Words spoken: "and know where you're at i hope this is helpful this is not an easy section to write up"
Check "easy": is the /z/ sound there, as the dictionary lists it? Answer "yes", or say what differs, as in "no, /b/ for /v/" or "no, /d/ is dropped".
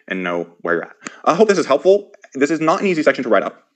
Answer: yes